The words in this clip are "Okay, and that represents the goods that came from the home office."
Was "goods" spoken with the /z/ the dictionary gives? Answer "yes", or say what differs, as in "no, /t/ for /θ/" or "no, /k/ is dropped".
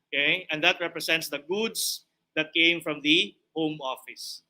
no, /s/ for /z/